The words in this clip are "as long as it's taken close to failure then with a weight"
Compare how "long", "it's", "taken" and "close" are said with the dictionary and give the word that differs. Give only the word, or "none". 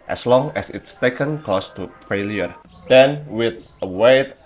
close